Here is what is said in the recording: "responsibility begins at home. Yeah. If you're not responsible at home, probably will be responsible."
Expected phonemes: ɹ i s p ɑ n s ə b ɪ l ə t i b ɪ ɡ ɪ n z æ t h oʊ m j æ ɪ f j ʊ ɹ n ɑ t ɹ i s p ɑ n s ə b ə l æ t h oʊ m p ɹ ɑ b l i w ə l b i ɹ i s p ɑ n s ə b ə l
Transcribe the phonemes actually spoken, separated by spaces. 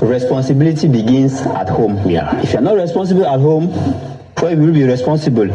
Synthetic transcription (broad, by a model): ɹ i s p ɑ n s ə b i l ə t i b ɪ ɡ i n s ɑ t h oʊ m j ɪ f j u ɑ n ɑ t ɹ i s p ɑ n s ə b ə l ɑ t h oʊ m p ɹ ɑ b i w ə l b i ɹ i s p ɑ n s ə b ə l